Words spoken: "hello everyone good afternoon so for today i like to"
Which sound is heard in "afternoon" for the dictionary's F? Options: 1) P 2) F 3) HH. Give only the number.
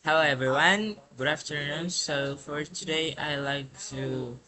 2